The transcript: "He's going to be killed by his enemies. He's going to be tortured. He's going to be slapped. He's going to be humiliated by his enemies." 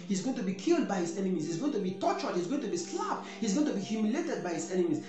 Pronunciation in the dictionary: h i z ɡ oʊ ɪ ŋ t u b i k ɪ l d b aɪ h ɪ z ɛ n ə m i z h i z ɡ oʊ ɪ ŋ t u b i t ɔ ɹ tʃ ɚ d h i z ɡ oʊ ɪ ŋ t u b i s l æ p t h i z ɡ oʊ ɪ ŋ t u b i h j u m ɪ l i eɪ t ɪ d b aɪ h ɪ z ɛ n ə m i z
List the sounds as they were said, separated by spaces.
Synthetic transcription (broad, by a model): h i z ɡ oʊ ɪ ŋ t u b i k ɪ l d b aɪ h ɪ z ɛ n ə m i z h i z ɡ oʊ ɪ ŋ t u b i t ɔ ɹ tʃ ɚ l h i z ɡ oʊ ɪ ŋ t u b i s l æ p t h i z ɡ oʊ ɪ ŋ t u b i h j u m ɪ l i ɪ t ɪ d b aɪ h ɪ z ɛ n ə m i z